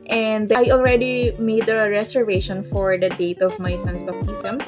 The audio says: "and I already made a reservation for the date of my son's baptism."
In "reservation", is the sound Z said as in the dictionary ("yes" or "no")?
no